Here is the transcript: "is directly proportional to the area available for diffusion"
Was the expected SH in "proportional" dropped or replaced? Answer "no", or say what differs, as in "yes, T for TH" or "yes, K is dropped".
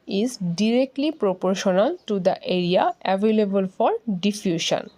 no